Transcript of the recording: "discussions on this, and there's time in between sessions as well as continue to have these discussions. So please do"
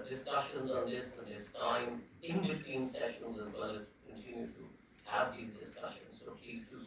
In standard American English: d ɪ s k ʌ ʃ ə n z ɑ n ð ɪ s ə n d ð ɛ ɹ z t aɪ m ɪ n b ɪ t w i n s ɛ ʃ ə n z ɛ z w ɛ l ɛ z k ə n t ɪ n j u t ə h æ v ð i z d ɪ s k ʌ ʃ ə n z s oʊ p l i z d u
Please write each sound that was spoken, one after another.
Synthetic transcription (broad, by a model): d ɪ s k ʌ ʃ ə n z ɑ n ð ɪ s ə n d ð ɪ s t aɪ m ɪ n b ɪ t w i n s ɛ ʃ ə n z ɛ z w ɛ l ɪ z k ə n t ɪ n j u t ə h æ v ð i z d ɪ s k ʌ ʃ ə n z s oʊ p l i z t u